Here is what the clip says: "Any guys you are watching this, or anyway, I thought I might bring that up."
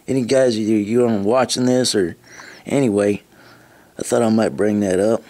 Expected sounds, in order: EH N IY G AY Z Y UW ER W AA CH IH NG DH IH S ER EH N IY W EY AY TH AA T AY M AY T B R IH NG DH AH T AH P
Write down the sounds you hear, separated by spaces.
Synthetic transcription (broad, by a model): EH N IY G AY Z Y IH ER W AA CH IH NG DH IH S ER EH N IY W EY AY TH AA T AY M AY T B R IH NG DH AH T AH P